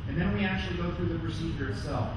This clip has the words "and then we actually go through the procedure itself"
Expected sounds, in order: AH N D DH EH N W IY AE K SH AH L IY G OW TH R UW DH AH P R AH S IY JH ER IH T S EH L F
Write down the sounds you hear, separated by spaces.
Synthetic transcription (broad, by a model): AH N DH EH N W IY AE K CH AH L IY G OW TH R UW DH AH P R AH S IY JH ER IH T S EH L F